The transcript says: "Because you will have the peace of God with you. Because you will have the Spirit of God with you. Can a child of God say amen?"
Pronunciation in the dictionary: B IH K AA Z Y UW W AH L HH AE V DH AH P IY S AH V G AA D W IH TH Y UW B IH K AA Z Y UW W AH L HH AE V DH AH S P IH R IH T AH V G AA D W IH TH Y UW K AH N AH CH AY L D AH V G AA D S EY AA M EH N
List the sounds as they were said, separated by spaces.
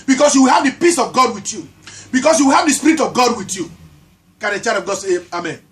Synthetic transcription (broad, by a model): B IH K AA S Y UW W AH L HH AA V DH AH P IY S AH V G AA D W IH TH Y UW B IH K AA S Y UW W AH L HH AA V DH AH S P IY R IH T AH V G AA D W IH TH Y UW K AH N AH CH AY D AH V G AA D S EY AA M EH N